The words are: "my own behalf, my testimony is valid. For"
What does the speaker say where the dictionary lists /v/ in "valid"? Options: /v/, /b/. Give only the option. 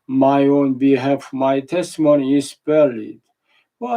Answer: /b/